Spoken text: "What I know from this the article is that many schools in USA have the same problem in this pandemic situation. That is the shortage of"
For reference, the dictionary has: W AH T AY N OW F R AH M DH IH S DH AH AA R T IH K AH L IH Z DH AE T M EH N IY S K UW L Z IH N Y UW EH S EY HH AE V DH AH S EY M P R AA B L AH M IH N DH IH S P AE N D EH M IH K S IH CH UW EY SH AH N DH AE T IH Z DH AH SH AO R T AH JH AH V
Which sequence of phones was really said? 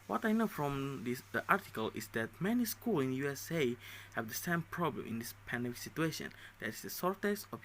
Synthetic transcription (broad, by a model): W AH T AY N OW F R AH M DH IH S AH AA R T IH K AH L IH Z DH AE T M EH N IY S K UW L IH N Y UW EH S EY HH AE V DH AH S EY M P R AA B L AH M IH N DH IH S P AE N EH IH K S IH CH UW EY SH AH N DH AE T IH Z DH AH S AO R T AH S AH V